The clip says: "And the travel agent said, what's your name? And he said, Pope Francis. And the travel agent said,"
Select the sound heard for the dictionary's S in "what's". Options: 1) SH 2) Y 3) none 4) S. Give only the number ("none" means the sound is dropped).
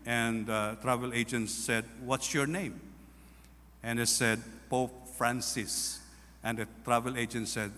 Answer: 4